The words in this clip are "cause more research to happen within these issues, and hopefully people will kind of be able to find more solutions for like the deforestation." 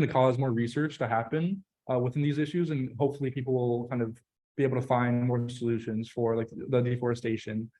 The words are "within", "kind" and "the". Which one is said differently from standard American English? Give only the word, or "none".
none